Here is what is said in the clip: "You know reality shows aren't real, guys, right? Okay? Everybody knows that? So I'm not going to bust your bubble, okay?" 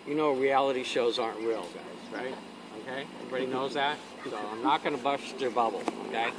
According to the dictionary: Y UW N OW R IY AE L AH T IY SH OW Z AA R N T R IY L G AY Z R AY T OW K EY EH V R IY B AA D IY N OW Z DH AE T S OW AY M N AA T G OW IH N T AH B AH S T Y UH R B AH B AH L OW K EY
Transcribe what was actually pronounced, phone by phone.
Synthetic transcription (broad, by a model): Y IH N OW R IY AE L AH T IY SH OW Z AA R N T R IY L G AY Z R AY T OW K EY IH P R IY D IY N OW Z DH AE T S OW AY M N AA T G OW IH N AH B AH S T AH R B AH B L OW K EY